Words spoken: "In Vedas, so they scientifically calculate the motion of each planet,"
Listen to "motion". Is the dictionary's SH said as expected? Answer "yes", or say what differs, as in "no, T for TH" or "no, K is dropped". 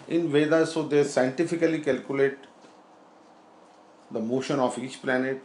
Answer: yes